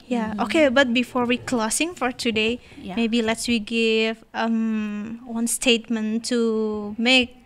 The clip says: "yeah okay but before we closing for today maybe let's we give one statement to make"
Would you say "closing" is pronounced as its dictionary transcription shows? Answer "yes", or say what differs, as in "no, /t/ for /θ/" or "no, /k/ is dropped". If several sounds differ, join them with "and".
no, /s/ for /z/